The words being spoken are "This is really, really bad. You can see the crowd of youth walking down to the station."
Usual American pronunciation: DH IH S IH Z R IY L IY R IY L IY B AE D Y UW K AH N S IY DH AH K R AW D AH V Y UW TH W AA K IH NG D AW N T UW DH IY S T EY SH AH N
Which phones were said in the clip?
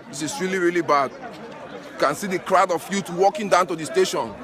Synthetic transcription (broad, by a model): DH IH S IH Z R IY L IY R IY L IY B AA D Y UW K AH N S IY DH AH K R AW D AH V Y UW T W AA K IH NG D AW N T UW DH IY S T EY SH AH N